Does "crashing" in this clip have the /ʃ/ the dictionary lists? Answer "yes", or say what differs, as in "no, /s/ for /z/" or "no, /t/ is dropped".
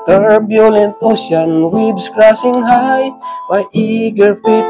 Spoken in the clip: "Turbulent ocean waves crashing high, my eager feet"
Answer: no, /s/ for /ʃ/